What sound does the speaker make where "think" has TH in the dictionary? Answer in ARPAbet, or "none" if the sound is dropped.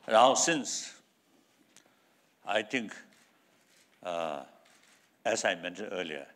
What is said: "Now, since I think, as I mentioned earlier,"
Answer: T